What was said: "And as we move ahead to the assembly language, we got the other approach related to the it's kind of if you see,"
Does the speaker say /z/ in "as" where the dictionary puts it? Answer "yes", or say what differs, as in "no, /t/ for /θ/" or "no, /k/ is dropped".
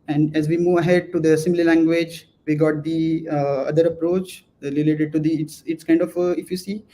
yes